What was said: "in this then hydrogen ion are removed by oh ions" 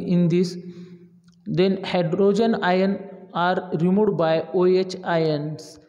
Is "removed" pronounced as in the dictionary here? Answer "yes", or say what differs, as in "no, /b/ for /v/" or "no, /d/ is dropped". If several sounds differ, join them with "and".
no, /v/ is dropped